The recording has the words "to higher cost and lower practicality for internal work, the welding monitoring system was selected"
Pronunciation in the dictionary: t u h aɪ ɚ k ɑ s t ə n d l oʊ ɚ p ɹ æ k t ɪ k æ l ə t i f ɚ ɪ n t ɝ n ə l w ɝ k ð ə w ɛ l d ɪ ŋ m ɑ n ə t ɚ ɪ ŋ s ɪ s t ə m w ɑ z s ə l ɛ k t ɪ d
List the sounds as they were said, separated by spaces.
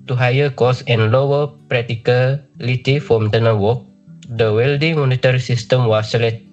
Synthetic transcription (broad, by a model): t u h aɪ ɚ k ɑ s ə n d l oʊ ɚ p ɹ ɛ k t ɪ k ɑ l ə t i f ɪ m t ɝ n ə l w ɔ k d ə w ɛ l d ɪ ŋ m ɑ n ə t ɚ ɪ s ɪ s t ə m w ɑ s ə l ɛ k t